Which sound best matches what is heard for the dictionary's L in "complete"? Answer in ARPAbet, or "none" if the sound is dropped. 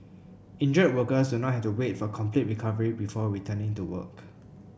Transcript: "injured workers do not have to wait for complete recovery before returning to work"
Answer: L